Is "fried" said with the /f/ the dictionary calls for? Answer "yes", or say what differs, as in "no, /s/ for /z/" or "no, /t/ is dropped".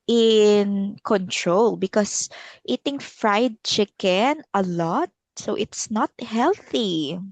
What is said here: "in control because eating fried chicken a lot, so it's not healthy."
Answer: yes